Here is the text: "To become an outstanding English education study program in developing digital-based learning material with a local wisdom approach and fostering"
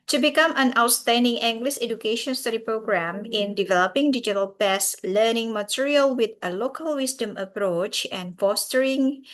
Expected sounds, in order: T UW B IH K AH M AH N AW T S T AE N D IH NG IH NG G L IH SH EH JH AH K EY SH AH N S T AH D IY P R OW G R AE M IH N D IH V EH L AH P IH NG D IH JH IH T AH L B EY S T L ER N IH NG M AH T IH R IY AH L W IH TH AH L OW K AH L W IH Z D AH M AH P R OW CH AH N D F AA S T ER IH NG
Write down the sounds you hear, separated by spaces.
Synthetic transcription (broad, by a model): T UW B IH K AH M AH N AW T S T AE N D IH NG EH NG G L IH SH EH JH AH K EY SH AH N S T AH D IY P R OW G R AE M IH N D IH V EH L AH P IH NG D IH JH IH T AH L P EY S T L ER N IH NG M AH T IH R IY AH L W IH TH AH L OW K AH L W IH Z D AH M AH P R OW CH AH N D F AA S T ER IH NG